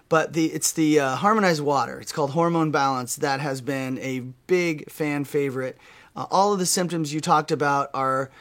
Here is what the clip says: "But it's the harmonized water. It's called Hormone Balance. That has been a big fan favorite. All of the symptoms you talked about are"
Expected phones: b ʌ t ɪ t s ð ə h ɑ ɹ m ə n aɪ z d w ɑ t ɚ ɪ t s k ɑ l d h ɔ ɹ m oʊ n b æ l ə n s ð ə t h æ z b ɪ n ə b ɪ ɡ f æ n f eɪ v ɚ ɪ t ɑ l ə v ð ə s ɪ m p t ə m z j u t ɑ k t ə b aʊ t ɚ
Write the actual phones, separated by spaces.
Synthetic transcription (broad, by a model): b ʌ t ɪ t s ð ə h ɑ ɹ m ə n aɪ z d w ɑ t ɚ ɪ t s k ɑ l d h ɔ ɹ m oʊ n b æ l ə n s ð ə t h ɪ z b ɪ n ə b ɪ ɡ f æ n f eɪ v ɚ ɪ t ɑ l ə v ð ə s ɪ m p t ə m z j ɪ t ɑ k t ə b aʊ t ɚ